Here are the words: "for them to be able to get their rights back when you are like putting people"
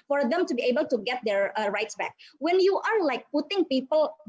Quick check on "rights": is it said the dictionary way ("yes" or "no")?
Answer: yes